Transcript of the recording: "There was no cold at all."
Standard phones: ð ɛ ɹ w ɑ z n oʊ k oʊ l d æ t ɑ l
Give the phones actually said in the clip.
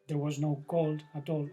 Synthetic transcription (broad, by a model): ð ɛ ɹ w ɑ z n oʊ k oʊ l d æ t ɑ l